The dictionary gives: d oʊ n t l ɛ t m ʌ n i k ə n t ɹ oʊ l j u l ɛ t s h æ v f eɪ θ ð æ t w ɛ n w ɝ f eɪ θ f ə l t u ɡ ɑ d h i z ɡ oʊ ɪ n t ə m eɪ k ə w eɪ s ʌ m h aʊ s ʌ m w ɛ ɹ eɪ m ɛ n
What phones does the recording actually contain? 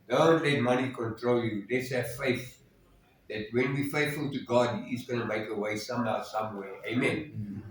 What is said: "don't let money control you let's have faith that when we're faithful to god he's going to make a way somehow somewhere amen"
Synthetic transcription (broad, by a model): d oʊ n t l ɛ t m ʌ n i k ə n t ɹ oʊ l j u l ɛ t s h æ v f eɪ θ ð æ t w ɛ n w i f eɪ θ f ə l t u ɡ ɑ d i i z ɡ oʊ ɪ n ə m eɪ k ə w eɪ s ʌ m h aʊ s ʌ m w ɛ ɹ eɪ m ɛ n